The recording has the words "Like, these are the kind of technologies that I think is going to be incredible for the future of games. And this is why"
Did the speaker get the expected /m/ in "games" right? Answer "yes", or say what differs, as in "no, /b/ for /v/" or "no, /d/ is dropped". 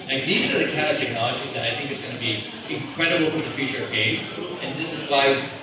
no, /m/ is dropped